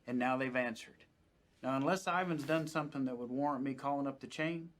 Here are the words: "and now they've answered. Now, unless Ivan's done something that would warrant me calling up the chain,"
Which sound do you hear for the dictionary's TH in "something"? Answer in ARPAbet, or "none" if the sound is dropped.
TH